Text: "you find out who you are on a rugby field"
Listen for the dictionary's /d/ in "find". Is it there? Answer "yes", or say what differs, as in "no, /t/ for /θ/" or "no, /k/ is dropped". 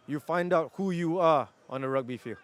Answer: yes